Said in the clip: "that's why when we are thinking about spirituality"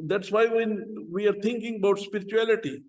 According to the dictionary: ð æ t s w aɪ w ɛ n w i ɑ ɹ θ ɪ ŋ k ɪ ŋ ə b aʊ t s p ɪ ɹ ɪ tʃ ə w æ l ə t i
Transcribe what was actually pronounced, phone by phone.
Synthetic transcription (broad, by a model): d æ t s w aɪ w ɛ n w i ɑ ɹ t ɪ ŋ k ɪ ŋ ə b aʊ t s p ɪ ɹ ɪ tʃ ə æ l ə t i